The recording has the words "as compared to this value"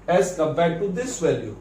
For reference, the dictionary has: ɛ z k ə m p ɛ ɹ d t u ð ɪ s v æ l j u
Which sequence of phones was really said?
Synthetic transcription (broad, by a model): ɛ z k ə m b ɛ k t u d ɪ s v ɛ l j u